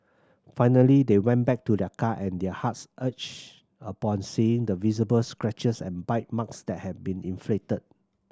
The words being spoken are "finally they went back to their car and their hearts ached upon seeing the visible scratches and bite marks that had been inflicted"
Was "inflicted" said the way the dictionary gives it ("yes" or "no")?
no